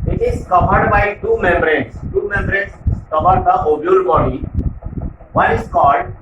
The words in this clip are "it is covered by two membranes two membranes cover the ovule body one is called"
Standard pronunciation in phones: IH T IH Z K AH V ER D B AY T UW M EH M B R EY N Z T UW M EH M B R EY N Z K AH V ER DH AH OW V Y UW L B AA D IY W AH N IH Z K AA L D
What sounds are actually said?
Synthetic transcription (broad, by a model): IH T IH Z K AH V ER D B AY T UW M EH M B R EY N S T UW M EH M B R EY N S K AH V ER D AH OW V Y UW L B AA D IY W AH IH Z K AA L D